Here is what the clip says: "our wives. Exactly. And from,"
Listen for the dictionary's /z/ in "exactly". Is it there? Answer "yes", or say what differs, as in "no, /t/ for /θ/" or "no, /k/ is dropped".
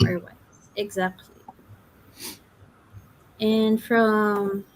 yes